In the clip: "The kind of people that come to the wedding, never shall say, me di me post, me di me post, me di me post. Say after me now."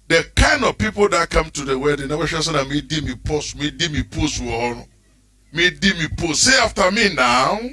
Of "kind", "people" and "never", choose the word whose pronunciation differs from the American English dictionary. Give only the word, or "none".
never